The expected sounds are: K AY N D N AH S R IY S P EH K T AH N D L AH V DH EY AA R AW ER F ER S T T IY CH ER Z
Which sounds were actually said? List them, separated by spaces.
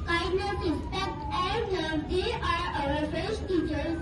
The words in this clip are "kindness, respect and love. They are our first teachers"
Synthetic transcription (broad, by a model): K AY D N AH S R IY S P EH K T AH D N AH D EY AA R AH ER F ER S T T IY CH ER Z